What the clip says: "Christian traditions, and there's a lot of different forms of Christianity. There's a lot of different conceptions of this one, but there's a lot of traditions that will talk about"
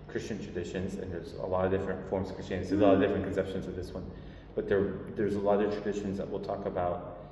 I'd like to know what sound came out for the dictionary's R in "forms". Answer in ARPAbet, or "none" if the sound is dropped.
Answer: R